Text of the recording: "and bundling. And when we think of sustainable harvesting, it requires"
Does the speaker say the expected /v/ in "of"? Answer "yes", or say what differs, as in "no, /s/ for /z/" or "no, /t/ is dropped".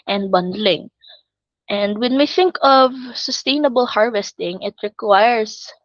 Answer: yes